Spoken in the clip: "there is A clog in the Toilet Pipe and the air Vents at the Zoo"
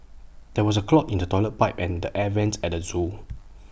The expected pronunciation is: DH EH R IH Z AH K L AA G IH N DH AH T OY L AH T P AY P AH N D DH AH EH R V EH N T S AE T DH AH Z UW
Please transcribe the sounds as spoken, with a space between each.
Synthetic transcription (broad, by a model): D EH W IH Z AH K L AA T IH N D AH T OY L AH T P AY P AH N D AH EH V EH N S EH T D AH Z UW